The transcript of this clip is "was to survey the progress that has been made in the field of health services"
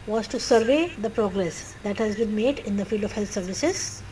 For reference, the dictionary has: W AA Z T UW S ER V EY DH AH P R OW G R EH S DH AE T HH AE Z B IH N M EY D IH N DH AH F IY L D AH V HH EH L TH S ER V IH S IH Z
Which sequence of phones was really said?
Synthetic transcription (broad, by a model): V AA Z T UW S ER V EY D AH P R OW G R EH S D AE T HH AE Z B IH N M EY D IH N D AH F IY L D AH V HH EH L T S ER V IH S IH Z